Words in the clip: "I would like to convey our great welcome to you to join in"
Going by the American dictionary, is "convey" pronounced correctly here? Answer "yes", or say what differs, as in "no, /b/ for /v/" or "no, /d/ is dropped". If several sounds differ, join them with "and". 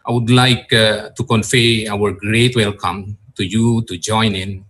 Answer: no, /f/ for /v/